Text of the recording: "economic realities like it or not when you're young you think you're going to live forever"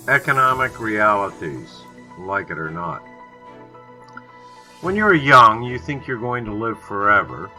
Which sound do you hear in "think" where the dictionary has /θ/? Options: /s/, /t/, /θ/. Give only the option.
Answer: /θ/